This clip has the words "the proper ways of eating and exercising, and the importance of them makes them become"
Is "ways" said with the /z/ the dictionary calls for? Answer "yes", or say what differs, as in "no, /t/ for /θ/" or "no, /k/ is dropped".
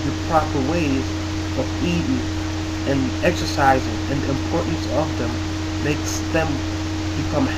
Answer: yes